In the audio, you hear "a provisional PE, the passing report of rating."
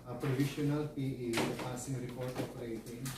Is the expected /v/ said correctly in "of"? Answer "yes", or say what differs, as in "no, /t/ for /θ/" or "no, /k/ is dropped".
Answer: no, /p/ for /v/